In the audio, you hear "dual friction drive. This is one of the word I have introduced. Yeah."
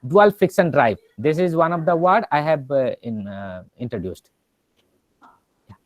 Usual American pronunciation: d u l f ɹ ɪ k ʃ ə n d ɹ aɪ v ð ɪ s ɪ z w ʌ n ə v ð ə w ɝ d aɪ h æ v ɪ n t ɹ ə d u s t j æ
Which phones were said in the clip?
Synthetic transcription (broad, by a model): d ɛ l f ɪ k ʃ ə n d ɹ aɪ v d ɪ s ɪ z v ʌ n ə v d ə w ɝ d aɪ h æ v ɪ n t ɹ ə d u s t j